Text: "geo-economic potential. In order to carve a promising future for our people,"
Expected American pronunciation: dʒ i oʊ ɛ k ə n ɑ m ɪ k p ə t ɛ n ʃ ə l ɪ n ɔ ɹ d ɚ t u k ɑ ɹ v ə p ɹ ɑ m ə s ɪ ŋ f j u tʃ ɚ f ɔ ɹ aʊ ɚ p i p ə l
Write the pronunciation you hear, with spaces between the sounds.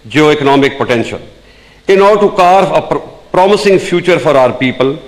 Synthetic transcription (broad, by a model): dʒ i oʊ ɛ k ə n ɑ m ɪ k p ə t ɛ n ʃ ə l ɪ n ɔ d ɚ t u k ɑ ɹ ə p ɹ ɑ m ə s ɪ ŋ f j u tʃ ɚ f ɔ ɹ aʊ ɚ p i p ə l